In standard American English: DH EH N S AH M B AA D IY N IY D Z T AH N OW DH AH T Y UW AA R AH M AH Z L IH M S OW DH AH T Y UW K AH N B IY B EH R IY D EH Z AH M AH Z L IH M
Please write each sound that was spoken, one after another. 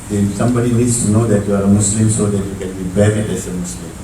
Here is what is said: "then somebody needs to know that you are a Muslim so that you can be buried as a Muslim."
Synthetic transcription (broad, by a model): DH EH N S AH M B AA D IY L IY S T N OW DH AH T Y UW AA R AH M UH S L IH M S OW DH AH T Y UW K AH N B IY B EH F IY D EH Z AH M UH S L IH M